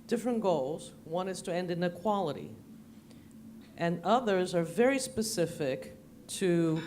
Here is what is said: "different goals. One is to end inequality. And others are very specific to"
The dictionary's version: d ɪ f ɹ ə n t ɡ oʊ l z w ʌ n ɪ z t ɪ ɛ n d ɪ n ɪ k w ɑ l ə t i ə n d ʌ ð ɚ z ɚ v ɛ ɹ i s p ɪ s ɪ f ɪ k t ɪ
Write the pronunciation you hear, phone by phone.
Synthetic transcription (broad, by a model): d ɪ f ɹ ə n ɡ oʊ l z w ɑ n ɪ z t ɪ ɛ n d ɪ n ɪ k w ɑ l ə t i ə n ʌ ð ɚ z ɚ v ɛ ɹ i s p ɪ s ɪ f ɪ k t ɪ